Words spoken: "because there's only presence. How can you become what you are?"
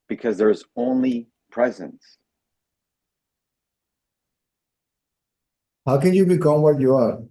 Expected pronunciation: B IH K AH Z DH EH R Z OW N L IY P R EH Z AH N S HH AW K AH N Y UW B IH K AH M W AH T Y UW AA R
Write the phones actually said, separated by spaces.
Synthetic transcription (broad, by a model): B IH K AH Z DH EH R Z OW N L IY P R EH Z AH N S HH AW K AH N Y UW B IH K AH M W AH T Y UW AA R